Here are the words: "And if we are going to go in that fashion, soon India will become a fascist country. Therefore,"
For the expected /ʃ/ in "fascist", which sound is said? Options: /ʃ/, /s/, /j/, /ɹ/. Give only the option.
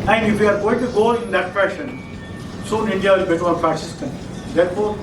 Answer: /s/